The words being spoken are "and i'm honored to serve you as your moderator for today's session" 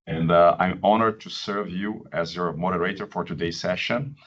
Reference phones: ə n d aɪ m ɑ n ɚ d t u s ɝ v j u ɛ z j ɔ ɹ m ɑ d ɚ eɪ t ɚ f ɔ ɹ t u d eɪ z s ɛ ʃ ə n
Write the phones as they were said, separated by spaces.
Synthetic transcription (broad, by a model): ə n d aɪ m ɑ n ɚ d t u s ɝ v j u ɛ z j ɔ ɹ m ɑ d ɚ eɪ t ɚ f ɔ ɹ t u d eɪ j s ɛ ʃ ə n